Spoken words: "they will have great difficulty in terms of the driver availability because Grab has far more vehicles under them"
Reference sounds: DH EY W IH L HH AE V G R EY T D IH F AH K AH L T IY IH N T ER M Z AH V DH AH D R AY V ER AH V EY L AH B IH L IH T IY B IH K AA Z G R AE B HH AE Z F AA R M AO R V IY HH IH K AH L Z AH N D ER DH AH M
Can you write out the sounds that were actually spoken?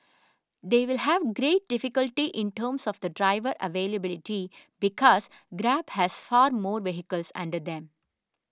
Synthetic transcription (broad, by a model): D EY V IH L HH AE V G R EY T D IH F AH K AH L T IY IH N T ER M S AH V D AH D R AY V ER AH V EY L AH B IH L IH T IY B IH K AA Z G R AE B HH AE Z F AA R M AO R V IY HH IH K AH L S AH N D ER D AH M